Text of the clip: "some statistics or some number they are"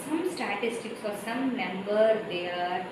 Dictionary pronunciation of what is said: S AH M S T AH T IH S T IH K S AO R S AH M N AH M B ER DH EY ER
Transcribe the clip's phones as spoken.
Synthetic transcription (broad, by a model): S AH M S T AH T IH S T IH K S AO R S AH M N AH M B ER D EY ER